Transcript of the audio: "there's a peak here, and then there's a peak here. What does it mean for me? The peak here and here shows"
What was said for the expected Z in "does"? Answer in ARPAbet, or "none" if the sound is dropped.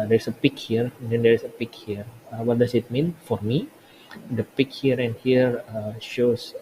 S